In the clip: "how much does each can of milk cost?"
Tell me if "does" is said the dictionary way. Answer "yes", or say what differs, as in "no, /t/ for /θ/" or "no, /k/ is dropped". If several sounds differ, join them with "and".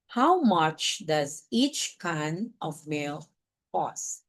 yes